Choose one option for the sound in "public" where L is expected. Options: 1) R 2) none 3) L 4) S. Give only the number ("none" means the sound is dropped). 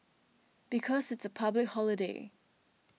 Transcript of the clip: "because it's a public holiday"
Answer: 3